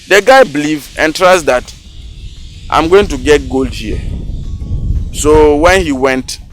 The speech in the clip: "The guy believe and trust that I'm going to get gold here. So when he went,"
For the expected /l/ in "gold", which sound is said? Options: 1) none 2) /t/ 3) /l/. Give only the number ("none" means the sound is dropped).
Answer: 3